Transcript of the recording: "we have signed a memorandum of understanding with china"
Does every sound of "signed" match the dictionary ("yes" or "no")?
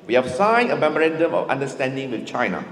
no